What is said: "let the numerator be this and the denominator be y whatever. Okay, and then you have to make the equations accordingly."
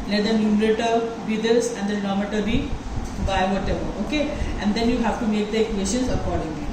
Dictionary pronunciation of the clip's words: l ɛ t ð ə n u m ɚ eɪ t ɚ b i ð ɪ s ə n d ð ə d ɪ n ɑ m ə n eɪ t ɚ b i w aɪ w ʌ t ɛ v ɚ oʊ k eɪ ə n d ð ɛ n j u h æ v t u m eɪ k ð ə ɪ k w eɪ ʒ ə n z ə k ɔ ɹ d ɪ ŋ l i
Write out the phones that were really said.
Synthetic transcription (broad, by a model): l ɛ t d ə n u m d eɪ t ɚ b i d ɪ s ə n d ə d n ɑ m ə t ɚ b i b aɪ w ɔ t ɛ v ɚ oʊ k eɪ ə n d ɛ n j u h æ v t u m eɪ k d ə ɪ k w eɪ s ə n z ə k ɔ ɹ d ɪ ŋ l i